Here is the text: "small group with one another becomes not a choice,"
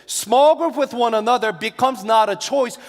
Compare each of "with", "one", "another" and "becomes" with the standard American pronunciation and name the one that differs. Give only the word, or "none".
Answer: none